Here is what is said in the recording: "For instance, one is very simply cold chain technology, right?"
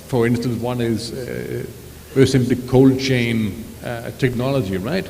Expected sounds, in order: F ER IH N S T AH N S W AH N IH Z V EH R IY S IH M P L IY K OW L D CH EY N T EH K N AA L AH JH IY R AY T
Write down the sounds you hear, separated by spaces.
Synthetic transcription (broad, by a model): F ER IH N S T AH N S W AH N IH Z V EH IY S IH M P L IY K OW L D CH EY N T EH K N AA L AH JH IY R AY T